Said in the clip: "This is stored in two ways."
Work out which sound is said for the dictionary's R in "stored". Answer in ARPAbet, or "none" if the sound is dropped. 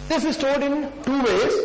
L